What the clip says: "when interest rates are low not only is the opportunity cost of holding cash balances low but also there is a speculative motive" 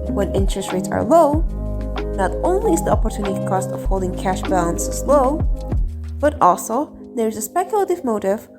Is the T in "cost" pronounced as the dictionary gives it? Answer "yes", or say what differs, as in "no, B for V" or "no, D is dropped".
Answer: yes